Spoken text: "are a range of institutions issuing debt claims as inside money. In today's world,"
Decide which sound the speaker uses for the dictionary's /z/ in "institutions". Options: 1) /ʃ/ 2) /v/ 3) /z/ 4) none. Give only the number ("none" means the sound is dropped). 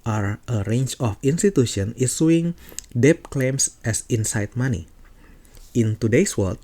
4